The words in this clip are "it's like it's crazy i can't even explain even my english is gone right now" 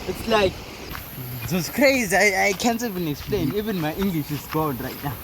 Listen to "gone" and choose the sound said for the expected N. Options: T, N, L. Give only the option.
L